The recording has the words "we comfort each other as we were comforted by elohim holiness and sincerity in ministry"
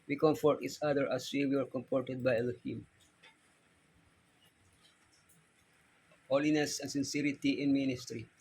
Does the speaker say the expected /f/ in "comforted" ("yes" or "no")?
no